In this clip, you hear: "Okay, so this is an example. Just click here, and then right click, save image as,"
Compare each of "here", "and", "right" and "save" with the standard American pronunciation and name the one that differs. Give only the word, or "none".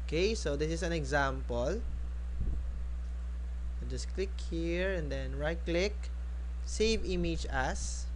none